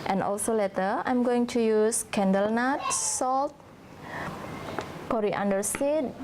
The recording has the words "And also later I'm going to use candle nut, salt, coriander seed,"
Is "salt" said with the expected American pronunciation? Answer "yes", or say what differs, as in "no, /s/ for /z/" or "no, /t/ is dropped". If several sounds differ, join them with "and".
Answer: yes